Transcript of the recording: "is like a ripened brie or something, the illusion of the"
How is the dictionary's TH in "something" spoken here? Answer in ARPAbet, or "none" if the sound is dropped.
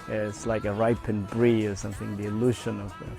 TH